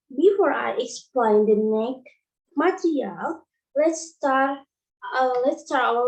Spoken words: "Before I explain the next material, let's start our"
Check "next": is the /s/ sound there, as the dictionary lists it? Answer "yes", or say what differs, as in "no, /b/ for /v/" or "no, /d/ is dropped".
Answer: no, /s/ is dropped